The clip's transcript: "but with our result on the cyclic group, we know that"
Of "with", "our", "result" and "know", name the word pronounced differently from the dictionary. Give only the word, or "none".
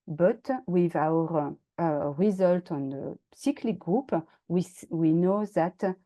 none